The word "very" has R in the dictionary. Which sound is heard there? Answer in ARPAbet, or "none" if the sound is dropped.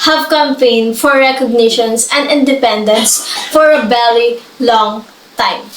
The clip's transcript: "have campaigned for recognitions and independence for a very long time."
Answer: L